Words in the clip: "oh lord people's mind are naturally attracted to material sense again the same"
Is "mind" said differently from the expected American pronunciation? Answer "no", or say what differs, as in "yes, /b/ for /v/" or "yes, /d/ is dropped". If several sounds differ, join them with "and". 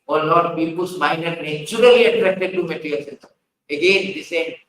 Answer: yes, /d/ is dropped